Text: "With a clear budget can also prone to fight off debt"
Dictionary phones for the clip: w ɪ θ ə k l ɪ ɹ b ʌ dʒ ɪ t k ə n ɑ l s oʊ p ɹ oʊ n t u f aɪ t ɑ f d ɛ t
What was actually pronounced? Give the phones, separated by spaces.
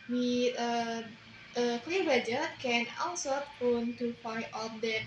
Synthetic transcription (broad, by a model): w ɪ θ ə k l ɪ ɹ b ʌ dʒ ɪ k ə n ɑ l s oʊ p oʊ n t u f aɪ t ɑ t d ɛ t